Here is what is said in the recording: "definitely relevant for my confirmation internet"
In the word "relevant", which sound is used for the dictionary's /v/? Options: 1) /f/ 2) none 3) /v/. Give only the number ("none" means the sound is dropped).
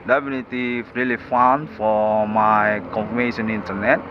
1